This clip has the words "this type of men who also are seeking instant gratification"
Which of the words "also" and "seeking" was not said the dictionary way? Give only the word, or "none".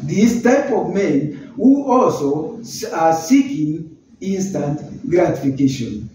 none